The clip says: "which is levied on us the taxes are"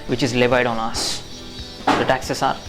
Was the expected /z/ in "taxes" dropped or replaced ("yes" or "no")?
yes